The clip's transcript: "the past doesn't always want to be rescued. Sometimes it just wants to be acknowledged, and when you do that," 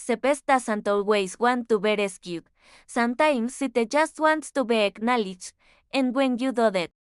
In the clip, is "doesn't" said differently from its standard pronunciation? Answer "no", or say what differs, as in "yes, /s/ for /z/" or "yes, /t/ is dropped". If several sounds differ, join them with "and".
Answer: yes, /s/ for /z/